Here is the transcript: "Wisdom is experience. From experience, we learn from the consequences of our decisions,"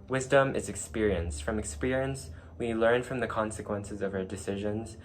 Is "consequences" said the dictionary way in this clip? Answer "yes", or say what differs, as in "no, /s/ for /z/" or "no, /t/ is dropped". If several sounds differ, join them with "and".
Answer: yes